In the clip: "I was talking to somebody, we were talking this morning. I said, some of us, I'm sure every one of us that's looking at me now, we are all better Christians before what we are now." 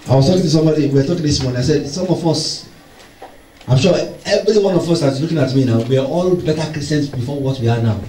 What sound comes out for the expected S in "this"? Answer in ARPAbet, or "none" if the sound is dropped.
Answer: S